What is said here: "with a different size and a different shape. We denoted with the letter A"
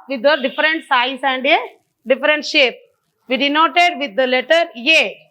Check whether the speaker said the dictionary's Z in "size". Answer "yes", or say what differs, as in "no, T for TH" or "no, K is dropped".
no, S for Z